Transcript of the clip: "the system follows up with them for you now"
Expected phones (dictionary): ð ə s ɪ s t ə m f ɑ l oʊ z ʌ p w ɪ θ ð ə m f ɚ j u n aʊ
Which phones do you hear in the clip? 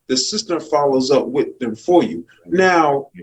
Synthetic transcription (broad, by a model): ð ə s ɪ s t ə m f ɑ l oʊ z ʌ p w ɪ ð ə m f ɚ j u n aʊ